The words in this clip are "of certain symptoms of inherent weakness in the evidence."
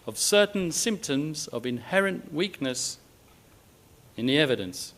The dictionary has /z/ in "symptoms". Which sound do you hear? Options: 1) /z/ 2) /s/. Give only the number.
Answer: 1